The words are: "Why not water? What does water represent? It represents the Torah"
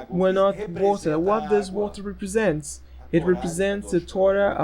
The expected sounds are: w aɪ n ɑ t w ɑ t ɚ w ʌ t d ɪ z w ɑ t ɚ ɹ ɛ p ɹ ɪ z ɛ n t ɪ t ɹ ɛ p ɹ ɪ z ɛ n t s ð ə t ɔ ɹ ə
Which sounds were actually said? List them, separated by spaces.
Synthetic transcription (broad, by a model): w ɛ n ɑ t w ɑ t ɚ w ʌ t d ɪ s w ɑ t ɚ ɹ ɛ p ɹ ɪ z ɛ n t ɪ t ɹ ɛ p ɹ ɪ z ɛ n t s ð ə t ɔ ɹ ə